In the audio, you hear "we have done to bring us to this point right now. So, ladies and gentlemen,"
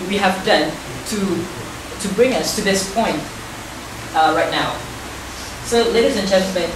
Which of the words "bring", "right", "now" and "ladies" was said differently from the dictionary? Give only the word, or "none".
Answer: none